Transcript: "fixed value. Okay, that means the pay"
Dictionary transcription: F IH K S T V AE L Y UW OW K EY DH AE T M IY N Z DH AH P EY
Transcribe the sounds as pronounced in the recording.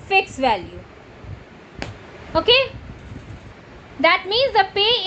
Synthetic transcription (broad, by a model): F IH K S V AE L Y UW OW K EY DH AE T M IY N Z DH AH P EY